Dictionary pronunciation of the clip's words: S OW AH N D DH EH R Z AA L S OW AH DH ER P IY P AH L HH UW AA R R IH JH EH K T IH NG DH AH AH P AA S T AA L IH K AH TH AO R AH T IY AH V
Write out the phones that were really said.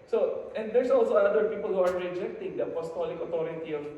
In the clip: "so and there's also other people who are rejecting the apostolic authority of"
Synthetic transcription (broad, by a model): S OW AH N D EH R S AA L S OW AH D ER P IY P AH L HH UW AA R R IH JH EH K T IH NG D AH AH P AA S T AA L IH K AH T AO R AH T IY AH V